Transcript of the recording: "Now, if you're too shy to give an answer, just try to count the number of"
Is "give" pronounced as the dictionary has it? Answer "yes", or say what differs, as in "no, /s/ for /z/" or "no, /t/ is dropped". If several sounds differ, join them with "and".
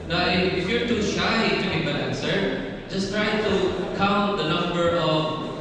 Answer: no, /b/ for /v/